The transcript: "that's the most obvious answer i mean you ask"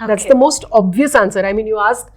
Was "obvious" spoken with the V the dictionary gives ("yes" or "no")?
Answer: yes